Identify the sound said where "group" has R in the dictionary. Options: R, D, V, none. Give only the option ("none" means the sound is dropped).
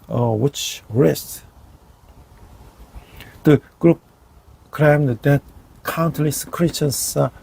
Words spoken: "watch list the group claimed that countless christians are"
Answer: R